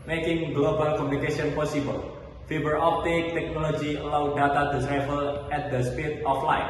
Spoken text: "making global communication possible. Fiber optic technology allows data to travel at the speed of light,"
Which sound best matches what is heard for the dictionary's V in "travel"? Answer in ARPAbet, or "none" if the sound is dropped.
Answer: F